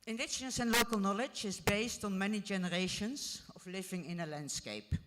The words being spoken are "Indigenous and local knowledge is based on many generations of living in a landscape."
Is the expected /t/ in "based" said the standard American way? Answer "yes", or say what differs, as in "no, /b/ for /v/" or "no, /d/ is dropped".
yes